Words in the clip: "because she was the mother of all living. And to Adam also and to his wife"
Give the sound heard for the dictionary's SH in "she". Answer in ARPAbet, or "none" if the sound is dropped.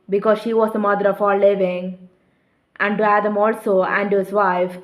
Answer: SH